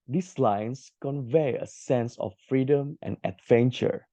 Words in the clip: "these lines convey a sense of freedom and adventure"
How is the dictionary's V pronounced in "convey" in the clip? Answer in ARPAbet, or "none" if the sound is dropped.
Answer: V